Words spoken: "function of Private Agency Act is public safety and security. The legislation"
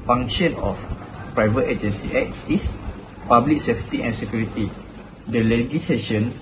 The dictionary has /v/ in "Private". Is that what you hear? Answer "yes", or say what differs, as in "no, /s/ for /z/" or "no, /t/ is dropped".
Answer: yes